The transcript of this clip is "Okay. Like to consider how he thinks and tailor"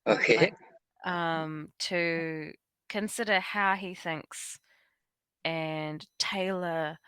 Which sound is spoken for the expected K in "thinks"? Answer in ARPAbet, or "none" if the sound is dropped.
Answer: K